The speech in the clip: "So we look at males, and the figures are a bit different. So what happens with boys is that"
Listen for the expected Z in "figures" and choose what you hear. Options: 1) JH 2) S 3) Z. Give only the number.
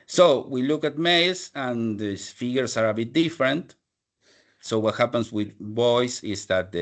2